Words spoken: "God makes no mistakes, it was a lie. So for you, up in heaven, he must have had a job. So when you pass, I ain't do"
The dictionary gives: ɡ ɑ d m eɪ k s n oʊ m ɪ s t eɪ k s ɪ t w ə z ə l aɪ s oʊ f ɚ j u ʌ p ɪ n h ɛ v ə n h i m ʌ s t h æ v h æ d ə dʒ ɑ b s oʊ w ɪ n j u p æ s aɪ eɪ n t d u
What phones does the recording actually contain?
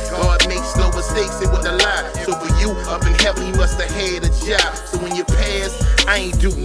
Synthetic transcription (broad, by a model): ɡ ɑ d m eɪ k s l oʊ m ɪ s t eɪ k s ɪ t w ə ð ə l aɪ s oʊ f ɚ j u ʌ b ɪ n h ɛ p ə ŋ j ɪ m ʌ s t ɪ h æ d ə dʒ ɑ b s oʊ w ɪ n j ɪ p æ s aɪ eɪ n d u